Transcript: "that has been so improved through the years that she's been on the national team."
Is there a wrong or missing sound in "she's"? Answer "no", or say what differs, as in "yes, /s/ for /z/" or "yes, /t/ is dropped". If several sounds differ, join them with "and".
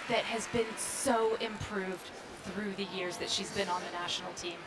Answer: no